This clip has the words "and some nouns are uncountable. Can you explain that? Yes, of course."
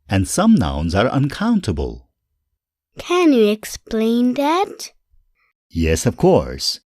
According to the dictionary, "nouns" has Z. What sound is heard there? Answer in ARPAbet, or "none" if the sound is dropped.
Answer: Z